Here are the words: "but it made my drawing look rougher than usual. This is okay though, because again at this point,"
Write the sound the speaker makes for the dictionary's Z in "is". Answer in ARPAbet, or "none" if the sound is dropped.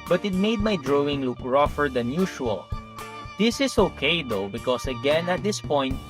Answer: S